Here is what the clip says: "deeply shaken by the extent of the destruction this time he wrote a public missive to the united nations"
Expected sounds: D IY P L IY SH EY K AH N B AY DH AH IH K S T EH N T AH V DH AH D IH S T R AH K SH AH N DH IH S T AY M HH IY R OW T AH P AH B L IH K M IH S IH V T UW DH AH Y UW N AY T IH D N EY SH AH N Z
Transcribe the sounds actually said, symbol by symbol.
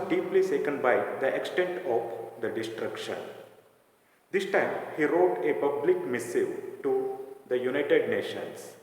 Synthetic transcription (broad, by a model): D IY P L IY S EY K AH N B AY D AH IH K S T EH N T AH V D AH D IH S T R AH K SH AH N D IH S T AY M HH IY R OW T AH P AH B L IH K M IH S IH V T UW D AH Y UW N AY T IH D N EY SH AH N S